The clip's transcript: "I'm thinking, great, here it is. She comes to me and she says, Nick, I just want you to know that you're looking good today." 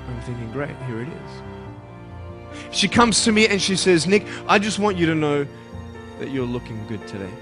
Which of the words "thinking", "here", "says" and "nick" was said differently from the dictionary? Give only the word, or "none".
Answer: none